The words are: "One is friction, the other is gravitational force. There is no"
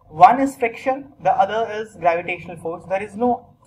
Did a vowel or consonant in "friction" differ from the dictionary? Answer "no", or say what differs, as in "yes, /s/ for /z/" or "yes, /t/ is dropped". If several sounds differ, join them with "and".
yes, /ɹ/ is dropped